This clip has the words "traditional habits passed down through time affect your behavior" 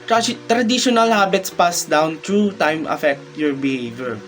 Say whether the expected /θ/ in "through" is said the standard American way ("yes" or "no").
no